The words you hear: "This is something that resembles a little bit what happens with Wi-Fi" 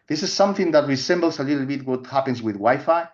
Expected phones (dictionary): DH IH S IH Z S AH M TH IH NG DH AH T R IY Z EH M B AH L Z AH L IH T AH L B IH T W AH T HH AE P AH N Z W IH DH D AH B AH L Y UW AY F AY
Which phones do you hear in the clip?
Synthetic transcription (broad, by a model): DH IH S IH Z S AH M TH IH NG DH AH T R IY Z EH M B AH L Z AH L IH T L B IH T W AH T HH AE P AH N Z W IH DH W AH Y F AY